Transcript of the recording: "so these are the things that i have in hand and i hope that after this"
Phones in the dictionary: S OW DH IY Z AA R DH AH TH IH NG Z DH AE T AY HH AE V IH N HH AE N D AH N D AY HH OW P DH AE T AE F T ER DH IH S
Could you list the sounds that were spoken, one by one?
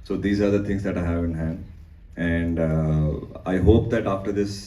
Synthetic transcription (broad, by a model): S OW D IY Z AA R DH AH T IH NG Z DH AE T AY HH AE V IH N HH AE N AH N D AY HH OW P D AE T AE F T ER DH IH S